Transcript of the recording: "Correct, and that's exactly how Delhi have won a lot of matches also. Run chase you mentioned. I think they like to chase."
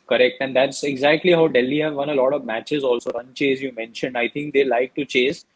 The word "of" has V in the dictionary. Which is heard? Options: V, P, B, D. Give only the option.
V